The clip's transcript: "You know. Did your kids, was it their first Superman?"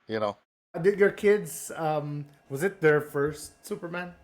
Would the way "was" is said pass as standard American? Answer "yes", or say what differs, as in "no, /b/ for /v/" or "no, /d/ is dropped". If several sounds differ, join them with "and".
yes